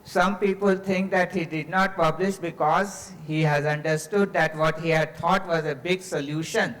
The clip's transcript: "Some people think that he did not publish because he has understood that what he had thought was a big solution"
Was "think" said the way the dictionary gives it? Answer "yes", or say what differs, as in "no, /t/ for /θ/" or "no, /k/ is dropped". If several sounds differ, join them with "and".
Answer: no, /t/ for /θ/